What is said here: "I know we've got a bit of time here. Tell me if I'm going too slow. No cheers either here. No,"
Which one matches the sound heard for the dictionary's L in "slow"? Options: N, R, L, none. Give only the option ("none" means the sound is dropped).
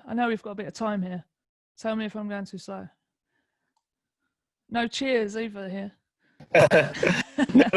none